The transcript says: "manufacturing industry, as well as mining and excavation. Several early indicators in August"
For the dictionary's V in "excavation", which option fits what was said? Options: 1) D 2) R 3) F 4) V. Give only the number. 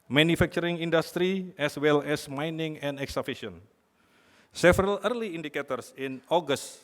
3